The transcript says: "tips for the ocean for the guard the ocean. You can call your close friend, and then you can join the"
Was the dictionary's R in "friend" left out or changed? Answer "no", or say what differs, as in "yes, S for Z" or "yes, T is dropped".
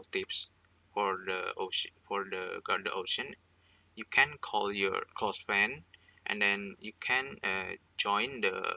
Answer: yes, R is dropped